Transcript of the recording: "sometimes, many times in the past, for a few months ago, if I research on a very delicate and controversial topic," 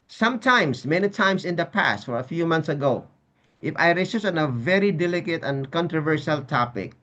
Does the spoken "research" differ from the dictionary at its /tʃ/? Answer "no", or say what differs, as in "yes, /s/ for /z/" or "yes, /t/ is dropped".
yes, /s/ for /tʃ/